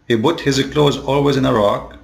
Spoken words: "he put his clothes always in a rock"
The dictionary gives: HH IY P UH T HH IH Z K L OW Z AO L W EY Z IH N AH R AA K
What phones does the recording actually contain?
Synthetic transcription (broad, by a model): HH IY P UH T HH IH Z K L OW Z AO L W EY Z IH N AH R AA K